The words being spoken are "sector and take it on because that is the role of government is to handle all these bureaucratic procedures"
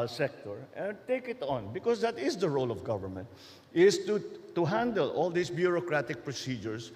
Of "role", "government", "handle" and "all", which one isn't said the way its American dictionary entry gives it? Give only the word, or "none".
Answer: none